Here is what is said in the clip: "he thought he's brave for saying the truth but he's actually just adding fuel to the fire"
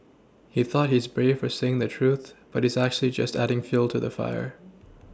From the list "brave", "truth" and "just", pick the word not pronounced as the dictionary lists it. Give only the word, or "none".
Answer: none